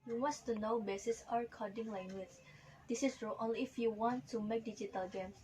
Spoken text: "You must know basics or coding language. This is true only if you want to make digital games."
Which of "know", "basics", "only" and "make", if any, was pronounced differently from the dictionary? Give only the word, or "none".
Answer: basics